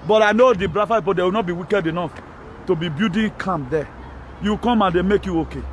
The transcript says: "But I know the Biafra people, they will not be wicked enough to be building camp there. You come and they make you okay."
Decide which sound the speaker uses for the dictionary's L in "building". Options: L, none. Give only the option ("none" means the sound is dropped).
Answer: none